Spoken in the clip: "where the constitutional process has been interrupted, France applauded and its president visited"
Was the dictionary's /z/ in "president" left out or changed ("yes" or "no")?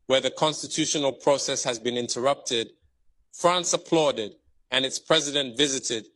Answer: no